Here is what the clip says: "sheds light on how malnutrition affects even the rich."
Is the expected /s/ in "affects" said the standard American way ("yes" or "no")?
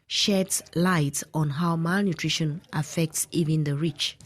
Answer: yes